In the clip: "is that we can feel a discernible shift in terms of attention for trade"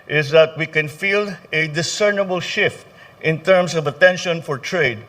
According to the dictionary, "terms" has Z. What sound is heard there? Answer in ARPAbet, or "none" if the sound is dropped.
S